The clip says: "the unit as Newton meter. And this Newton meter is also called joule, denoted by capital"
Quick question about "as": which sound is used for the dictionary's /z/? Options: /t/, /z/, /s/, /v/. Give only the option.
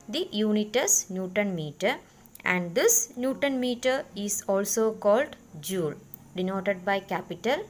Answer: /s/